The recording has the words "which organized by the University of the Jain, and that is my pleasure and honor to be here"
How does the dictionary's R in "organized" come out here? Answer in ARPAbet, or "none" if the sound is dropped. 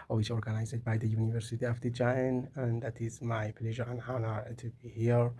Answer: R